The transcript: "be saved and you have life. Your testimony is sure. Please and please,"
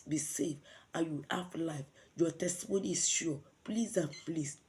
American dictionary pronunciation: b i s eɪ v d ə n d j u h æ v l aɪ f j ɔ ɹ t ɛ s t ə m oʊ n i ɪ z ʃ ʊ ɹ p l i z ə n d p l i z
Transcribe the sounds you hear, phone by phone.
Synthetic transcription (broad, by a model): b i s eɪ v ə j u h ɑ f l aɪ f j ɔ t ɛ s t ə m oʊ n i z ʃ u p l i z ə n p l i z